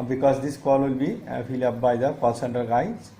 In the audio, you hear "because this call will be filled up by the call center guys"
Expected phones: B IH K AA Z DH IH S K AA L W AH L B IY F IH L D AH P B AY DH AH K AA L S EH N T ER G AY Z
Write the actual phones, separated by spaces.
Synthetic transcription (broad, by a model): B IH K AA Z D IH S K AA L W AH L B IY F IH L AH P B AY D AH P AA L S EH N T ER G AY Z